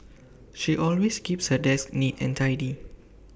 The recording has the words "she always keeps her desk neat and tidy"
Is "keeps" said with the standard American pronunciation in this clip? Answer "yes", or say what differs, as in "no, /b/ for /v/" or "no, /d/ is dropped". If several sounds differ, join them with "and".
yes